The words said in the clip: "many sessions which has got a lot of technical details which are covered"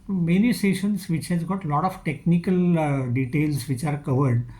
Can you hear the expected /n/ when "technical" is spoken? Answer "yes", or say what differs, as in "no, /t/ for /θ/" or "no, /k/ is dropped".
yes